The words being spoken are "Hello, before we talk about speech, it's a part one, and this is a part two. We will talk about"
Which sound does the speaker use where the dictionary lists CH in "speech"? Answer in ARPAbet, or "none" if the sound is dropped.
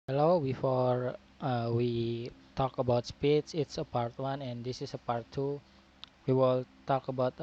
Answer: S